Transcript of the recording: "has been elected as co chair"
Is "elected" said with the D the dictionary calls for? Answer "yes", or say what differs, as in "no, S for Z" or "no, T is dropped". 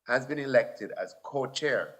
yes